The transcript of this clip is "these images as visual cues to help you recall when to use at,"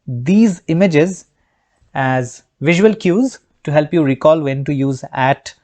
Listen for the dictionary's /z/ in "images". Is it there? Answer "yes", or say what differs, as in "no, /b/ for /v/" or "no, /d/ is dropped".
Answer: yes